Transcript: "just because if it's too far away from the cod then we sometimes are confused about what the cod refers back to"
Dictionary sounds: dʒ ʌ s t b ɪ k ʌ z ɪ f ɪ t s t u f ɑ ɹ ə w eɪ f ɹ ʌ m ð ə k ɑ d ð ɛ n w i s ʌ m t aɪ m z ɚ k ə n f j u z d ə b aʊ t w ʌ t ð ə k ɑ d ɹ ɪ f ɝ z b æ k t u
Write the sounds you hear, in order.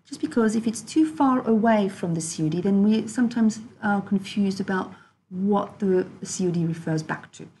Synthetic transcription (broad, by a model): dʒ ʌ s b ɪ k ʌ z ɪ f ɪ t s t u f ɑ ɹ ə w eɪ f ɹ ʌ m ð ə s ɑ d ð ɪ n w i s ʌ m t aɪ m z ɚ k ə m f j u z d ə b aʊ t w ʌ t ð ə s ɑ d ɹ ɪ f ɝ z b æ k t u